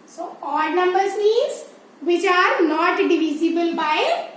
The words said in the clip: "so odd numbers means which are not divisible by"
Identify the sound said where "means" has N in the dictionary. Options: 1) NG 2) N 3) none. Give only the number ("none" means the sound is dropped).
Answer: 3